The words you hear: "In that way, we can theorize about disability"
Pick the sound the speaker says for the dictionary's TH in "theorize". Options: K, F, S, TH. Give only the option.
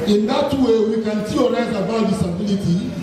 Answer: S